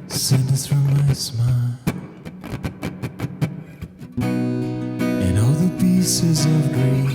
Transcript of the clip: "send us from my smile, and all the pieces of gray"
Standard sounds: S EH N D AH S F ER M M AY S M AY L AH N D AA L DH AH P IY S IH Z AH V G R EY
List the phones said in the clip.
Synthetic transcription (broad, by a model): S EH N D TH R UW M M AY S M AY L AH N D AA L DH AH P IY S IH Z AH V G R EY